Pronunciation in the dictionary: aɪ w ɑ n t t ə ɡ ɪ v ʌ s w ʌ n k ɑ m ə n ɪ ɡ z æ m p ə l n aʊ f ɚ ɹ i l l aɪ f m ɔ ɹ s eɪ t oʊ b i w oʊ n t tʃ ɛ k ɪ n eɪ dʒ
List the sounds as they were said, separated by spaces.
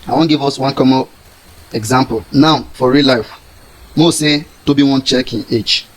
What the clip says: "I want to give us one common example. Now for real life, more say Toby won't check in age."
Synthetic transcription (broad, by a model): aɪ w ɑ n ɡ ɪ v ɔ s w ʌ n k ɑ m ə ɪ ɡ z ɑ m p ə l n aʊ f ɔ ɹ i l l aɪ f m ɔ s eɪ t oʊ b i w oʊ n tʃ ɛ k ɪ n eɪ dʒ